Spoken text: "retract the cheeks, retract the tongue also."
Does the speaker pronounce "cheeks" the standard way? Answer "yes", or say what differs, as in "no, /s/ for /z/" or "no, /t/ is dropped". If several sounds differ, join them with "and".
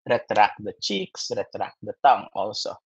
yes